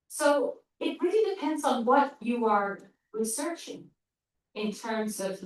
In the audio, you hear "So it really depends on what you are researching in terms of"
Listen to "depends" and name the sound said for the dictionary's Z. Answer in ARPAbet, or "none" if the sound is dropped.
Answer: Z